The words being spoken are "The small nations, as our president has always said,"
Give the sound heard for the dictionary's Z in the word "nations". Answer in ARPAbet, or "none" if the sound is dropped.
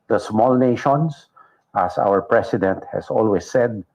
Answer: S